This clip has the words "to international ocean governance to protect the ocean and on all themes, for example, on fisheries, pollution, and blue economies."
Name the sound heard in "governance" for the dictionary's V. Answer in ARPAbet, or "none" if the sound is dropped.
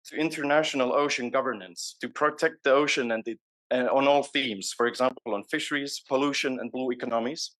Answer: V